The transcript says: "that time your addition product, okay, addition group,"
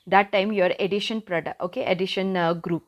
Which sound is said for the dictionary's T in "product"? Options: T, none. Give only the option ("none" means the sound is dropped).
none